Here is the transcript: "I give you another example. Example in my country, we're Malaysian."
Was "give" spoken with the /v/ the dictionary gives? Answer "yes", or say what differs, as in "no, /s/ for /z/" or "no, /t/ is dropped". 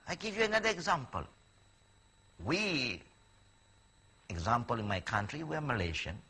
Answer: yes